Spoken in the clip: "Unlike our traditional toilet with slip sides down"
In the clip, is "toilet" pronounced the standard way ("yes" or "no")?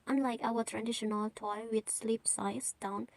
no